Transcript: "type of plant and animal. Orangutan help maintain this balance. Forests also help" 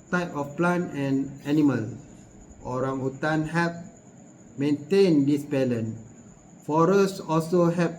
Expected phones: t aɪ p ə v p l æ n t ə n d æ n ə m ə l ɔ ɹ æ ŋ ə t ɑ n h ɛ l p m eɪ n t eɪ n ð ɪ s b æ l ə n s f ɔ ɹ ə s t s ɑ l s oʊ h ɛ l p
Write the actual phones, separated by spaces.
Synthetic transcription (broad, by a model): t aɪ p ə f p l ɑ n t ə n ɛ n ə m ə l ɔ ɹ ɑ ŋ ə t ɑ n h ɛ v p m eɪ n t eɪ n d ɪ s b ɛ l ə n f ɔ ɹ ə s s ɑ l s oʊ h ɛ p